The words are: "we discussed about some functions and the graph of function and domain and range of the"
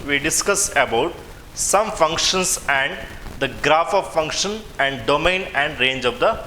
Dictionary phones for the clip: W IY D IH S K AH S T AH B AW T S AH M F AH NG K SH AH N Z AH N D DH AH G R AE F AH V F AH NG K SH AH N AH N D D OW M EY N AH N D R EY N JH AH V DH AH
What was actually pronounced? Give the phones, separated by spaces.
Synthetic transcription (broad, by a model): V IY D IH S K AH S AH B AW T S AH M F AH NG K SH AH N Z AH N D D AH G R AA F AH V F AH NG K SH AH N AH N D D OW M EY N AH N D R EY N JH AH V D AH